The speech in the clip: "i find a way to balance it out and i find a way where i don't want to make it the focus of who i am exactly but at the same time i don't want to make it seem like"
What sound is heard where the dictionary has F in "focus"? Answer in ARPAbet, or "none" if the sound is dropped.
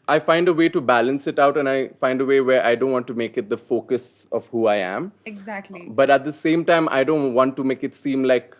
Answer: F